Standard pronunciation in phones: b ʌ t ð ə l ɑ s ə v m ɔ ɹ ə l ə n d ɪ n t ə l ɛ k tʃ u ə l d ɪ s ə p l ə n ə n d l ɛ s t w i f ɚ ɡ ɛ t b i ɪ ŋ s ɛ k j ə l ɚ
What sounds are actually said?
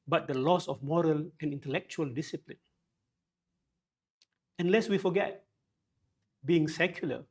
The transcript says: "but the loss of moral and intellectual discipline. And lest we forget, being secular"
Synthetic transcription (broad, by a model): b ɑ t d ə l ɑ s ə f m ɔ ɹ ə l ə n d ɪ n t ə l ɛ k tʃ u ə l d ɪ s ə p l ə n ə n l ɛ s w i f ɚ ɡ ɛ t b i ɪ ŋ s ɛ k j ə l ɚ